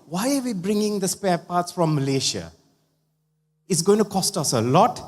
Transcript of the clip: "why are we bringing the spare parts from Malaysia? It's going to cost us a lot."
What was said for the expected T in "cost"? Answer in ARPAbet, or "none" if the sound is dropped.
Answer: T